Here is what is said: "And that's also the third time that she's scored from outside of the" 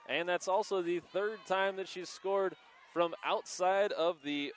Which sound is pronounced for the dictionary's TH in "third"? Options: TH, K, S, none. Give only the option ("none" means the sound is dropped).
TH